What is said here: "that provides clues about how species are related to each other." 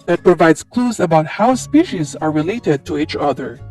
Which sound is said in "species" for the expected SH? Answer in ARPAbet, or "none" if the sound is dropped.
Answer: SH